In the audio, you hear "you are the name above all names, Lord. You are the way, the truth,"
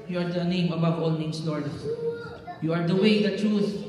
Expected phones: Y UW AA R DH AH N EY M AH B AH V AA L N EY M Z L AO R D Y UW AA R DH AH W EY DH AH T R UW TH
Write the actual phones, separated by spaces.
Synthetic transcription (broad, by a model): Y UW AA R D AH N EY M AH B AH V AA L N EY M S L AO R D Y UW AA R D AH W EY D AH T R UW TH